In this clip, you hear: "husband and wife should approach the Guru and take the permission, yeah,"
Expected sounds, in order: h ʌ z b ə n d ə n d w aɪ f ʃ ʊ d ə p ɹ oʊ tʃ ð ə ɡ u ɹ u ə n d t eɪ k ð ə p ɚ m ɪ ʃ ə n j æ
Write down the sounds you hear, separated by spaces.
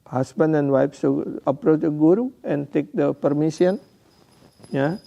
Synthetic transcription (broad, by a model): h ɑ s b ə n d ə n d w aɪ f s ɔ ə p ɹ oʊ tʃ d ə ɡ u ɹ u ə n t eɪ k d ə p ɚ m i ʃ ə n j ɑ